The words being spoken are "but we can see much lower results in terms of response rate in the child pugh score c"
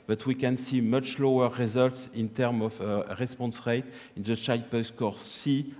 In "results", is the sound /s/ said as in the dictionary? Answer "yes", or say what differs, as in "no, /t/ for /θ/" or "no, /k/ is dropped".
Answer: yes